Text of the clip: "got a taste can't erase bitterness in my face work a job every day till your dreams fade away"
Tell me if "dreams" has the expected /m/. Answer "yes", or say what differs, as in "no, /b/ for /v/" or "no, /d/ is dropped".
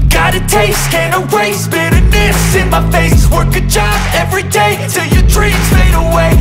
no, /m/ is dropped